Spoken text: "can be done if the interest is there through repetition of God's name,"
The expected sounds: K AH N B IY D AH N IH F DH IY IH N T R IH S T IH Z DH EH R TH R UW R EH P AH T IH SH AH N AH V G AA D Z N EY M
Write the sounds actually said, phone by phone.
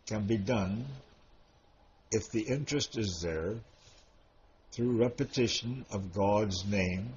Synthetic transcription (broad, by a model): K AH N B IY D AH N IH F DH IY IH N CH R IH S T IH Z DH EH R TH R UW R EH P AH T IH SH AH N AH V G AA D Z N EY M